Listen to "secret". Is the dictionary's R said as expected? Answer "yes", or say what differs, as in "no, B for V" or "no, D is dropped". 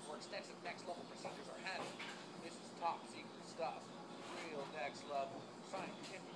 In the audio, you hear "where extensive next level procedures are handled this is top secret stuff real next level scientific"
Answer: no, W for R